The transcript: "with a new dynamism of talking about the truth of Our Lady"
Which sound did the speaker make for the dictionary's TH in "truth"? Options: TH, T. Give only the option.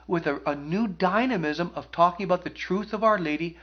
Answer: TH